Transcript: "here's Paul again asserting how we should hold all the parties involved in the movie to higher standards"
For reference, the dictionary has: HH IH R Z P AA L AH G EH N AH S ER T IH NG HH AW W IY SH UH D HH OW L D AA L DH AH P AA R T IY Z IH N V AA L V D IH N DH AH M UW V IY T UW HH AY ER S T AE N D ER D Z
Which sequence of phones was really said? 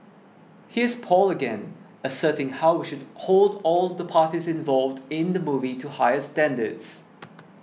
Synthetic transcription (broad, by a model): HH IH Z P AA L AH G EH N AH S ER T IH NG HH AW W IY SH UH D HH OW L D AA L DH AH P AA T IY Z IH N V AA L V D IH N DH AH M UW V IY T UW HH AY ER S T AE N D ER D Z